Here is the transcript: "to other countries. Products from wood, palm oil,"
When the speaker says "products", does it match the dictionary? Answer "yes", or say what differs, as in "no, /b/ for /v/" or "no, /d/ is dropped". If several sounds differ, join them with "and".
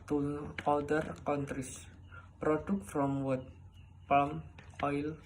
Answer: no, /s/ is dropped